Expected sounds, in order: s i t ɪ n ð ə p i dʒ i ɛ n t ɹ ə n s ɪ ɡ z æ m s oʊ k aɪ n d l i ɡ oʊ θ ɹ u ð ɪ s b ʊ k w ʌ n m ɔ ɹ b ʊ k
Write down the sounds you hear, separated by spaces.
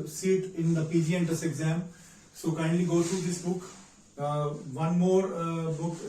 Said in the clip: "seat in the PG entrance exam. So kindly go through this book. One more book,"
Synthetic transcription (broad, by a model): s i t ɪ n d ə p i dʒ i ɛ n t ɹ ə s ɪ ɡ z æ m s oʊ k aɪ n d l i ɡ oʊ t ɹ u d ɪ s b ʊ k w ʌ n m ɔ ɹ b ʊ k